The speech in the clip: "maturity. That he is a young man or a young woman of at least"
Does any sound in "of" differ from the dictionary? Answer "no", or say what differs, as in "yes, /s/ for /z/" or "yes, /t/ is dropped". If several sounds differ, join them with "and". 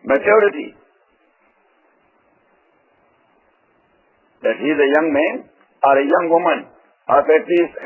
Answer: yes, /p/ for /v/